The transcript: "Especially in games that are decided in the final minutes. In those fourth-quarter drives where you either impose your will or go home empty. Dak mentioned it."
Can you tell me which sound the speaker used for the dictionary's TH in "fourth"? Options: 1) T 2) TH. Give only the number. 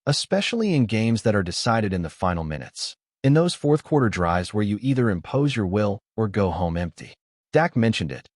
2